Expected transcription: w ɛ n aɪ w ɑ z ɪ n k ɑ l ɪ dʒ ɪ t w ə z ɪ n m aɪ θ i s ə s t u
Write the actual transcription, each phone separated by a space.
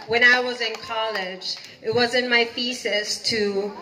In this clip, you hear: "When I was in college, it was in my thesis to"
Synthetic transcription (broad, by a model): w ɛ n aɪ w ɑ z ɪ n k ɑ l ɪ dʒ ɪ t w ə z ɪ n m aɪ f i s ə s t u